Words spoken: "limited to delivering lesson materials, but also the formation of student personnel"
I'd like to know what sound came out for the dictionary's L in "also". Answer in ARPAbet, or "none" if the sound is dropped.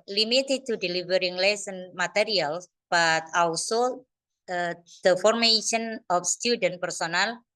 W